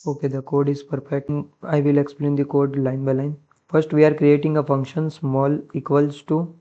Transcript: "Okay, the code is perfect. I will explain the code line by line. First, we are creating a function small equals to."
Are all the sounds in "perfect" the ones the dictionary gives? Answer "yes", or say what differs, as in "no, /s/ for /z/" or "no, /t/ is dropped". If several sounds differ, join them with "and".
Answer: no, /p/ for /f/